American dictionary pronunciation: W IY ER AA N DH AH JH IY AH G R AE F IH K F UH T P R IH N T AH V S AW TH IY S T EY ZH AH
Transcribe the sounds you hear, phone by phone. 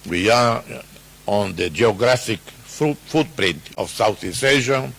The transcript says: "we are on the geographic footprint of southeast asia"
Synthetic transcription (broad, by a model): W IY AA AA N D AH JH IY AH G R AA F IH K F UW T P R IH N T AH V S AW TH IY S EY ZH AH